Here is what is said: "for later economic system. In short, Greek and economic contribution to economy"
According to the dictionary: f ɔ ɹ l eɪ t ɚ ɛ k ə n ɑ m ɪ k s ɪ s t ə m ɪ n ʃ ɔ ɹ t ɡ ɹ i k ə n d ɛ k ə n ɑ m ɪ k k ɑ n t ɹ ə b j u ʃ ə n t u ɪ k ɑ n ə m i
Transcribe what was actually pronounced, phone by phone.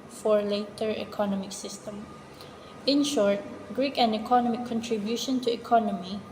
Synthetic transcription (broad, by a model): f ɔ ɹ l eɪ t ɚ ɛ k ə n ɑ m ɪ k s ɪ s t ə m ɪ n ʃ ɔ ɹ t ɡ ɹ i k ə n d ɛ k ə n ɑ m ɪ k k ɑ n t ɹ ə b j u ʃ ə n t u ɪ k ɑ n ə m i